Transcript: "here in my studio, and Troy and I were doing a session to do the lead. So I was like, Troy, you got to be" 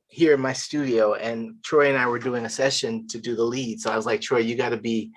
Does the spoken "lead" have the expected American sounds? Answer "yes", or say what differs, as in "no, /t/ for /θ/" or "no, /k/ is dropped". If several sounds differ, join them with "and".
yes